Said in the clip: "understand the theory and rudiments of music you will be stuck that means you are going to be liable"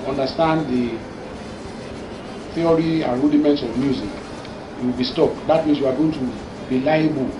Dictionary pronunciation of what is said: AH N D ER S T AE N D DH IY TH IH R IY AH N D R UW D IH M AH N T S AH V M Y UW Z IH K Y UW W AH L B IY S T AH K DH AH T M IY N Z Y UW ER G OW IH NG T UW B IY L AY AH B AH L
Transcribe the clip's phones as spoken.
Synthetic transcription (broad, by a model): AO N D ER S T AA N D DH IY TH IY R IY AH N R UW D IH M AH N T S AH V M Y UW Z IH K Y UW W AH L B IY S T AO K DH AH T M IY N S Y UW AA G OW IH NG T UW B IY L AY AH B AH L